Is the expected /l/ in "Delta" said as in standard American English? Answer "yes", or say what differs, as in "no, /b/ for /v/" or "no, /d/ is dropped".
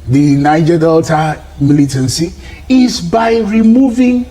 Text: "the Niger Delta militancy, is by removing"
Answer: yes